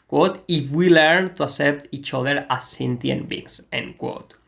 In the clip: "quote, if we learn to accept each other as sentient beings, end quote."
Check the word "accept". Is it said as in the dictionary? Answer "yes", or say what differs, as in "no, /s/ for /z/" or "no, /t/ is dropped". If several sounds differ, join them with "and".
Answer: no, /k/ is dropped